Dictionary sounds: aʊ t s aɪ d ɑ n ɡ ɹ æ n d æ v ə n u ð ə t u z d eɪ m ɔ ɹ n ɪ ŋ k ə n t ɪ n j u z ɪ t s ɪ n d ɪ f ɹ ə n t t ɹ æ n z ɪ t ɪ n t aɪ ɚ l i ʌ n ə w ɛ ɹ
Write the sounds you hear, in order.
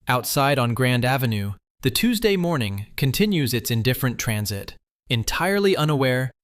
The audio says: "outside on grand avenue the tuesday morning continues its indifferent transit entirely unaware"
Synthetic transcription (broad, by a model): aʊ t s aɪ d n ɡ ɹ æ n d æ v ə n u ð ə t u z d eɪ m ɔ ɹ n ɪ ŋ k ə n t ɪ n j u z ɪ t s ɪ n d ɪ f ɹ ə n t t ɹ æ n z ɪ t ɪ n t aɪ ɚ l i ʌ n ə w ɛ ɹ